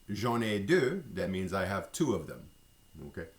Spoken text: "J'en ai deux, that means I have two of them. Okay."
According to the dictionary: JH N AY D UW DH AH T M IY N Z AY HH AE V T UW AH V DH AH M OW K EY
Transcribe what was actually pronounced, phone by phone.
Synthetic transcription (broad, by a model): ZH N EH D UW DH AH T M IY N Z AY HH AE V T UW AH V DH AH M OW K EY